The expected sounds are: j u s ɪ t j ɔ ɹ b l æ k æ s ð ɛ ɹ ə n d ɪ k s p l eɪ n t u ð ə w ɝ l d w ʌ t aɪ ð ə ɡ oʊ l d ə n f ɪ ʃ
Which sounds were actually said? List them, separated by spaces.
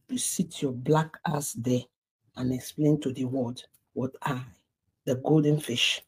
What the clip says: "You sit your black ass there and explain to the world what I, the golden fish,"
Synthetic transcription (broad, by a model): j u s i t j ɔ b l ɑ k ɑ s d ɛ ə n ɪ k s p l eɪ n t u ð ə w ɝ d w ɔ t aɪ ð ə ɡ oʊ l d ə n f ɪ ʃ